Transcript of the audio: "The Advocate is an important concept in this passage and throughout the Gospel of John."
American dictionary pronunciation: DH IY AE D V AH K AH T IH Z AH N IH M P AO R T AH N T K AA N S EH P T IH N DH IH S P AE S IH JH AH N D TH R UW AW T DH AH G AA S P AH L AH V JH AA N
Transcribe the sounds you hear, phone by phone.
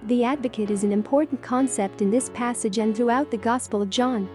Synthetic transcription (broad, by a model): DH IY AE D V AH K AH T IH Z N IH M P AO R T N K AA N S EH P T IH N DH IH S P AE S IH JH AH N TH R UW AW T DH AH G AA S P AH L AH V JH AA N